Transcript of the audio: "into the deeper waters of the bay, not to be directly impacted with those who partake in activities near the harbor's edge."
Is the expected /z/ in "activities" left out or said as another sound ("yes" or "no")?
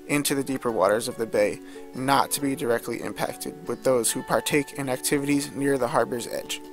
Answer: no